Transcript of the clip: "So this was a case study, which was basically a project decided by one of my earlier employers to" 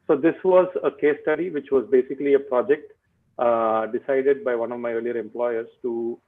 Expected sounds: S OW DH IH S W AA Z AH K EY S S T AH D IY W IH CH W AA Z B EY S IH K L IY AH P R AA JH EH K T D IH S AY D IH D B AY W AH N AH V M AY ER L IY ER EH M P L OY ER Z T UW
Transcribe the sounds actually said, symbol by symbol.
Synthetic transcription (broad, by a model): S OW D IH S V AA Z AH K EY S S T AH D IY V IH CH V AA Z B EY S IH K L IY AH P R AA JH EH K T D IH S AY D IH D B AY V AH N AH V M AY ER L IY ER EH M P L OY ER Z T UW